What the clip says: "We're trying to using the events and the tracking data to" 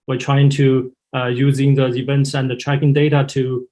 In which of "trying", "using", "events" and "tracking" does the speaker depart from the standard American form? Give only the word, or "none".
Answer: none